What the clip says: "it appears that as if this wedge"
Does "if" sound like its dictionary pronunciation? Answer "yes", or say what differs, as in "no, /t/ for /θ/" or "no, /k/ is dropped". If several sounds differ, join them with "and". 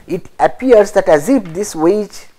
no, /p/ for /f/